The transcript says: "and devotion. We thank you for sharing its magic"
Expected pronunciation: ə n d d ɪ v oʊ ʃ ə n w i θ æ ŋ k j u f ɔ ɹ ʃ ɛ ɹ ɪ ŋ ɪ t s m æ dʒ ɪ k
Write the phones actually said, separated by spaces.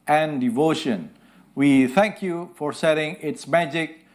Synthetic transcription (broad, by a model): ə n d d ɪ v oʊ ʃ ə n w i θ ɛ ŋ k j u f ɔ ɹ s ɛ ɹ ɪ ŋ ɪ t s m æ dʒ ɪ k